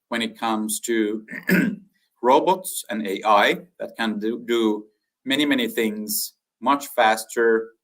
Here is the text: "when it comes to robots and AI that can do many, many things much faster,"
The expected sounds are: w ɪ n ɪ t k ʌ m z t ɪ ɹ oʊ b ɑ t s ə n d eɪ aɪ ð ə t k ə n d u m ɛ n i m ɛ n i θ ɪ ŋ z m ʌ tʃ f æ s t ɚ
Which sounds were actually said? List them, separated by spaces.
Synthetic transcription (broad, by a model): w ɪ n ɪ t k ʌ m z t ɪ ɹ oʊ b ɑ t s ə n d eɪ aɪ ð ə t k ə n d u m ɛ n i m ɛ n i θ ɪ ŋ z m ʌ tʃ f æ s t ɚ